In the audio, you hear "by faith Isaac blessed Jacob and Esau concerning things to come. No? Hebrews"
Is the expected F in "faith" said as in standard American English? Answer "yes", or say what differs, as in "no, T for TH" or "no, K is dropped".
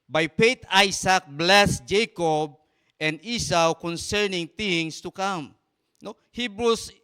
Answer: no, P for F